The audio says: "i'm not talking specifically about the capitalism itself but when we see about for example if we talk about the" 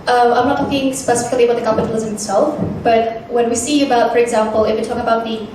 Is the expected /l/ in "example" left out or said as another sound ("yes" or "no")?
no